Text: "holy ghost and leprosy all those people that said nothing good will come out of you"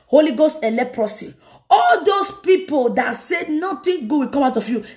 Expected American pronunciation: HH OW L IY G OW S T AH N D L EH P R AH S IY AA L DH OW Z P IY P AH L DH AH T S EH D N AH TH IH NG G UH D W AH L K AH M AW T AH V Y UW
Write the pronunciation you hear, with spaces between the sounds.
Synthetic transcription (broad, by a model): HH OW L IY G OW S T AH L EH P R AH S IY AA L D OW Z P IY P AH L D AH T S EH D N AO T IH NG G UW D W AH K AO M AW T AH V Y UW